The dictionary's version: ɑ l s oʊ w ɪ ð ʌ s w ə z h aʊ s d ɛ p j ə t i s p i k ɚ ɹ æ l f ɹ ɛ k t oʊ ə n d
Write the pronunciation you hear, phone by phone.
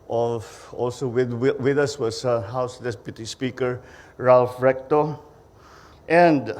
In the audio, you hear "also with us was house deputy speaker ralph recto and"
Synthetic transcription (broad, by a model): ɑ l s oʊ w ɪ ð ʌ s w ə s h aʊ s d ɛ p j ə t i s p i k ɚ ɹ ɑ l f ɹ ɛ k t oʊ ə n d